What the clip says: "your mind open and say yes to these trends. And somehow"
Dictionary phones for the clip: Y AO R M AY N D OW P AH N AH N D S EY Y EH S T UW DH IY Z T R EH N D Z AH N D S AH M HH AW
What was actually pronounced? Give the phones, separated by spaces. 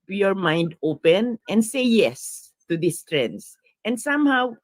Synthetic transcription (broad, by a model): Y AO R M AY N D OW P AH N AH N D S EY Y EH S T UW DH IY S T R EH N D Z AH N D S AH M HH AW